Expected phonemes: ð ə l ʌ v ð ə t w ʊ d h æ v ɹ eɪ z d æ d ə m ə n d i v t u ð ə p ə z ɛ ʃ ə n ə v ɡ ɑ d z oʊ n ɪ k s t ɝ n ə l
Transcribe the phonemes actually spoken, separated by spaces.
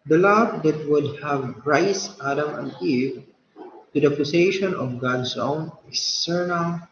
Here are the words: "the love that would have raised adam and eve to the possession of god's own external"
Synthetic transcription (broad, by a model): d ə l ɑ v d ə t w ʊ d h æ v ɹ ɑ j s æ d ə m ə n d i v t u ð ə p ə s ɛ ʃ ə n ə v ɡ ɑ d s oʊ n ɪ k s t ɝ n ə l